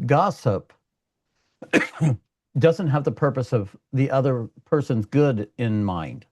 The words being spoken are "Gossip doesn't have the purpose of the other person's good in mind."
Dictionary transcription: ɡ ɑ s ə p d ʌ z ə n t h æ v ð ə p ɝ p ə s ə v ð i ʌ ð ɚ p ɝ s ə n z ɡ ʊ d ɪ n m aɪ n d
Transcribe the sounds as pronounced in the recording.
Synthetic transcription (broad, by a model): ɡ ɑ s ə p d ʌ z ə n t h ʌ v ð ə p ɝ p ə s ə v ð i ʌ ð ɚ p ɝ s ə n z ɡ ʊ d ɪ n m aɪ n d